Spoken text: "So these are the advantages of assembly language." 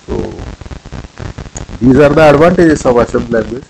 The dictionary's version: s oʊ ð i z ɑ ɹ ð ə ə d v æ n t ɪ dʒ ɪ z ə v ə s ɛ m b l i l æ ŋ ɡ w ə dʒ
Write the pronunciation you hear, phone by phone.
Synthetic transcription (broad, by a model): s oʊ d i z ɑ ɹ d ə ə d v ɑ n t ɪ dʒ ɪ s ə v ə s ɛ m l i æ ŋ ɡ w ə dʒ